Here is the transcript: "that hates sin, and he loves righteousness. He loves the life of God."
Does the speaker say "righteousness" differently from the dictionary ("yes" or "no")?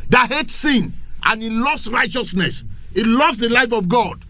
no